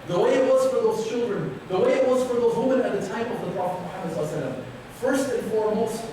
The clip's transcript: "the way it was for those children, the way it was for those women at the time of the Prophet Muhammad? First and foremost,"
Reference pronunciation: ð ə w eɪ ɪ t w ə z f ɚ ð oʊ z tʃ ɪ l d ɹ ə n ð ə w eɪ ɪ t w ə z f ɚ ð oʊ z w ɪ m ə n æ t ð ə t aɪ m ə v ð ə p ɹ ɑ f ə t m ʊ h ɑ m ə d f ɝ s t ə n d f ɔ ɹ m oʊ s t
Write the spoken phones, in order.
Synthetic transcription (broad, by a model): ð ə w eɪ ɪ t w ə z f ɚ ð oʊ z tʃ ɪ l d ɹ ə n ð ə w eɪ ɪ t w ə z f ɚ ð oʊ z w ɪ m ə n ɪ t ð ə t aɪ m ə v ð ə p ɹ ɑ f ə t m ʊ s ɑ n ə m f ɝ s t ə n f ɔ ɹ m oʊ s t